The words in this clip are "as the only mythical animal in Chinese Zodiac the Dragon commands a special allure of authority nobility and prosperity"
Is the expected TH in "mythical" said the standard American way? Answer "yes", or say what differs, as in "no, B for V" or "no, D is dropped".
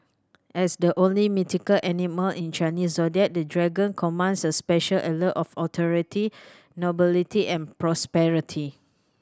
no, T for TH